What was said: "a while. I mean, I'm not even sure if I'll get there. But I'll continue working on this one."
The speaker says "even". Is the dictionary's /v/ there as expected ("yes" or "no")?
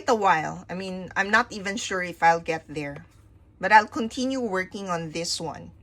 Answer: yes